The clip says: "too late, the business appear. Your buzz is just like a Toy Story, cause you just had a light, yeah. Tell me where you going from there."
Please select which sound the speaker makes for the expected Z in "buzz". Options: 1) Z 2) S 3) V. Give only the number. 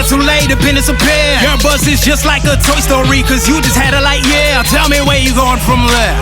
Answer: 2